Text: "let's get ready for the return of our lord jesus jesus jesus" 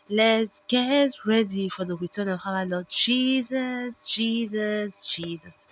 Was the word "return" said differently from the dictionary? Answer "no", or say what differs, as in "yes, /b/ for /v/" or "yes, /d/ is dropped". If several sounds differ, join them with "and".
yes, /w/ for /ɹ/